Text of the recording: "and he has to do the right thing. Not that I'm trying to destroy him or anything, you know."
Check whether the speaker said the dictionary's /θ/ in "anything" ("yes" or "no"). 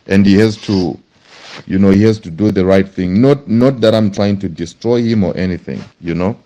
yes